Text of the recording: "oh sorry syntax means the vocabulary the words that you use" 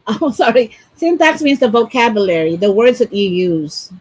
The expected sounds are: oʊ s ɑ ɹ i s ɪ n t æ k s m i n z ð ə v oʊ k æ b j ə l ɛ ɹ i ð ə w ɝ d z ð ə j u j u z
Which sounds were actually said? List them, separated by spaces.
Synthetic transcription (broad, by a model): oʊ s ɑ ɹ i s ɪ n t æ k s m i n z ð ə v oʊ k æ b j ə l ɛ ɹ i ð ə w ɝ d z ð ə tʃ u j u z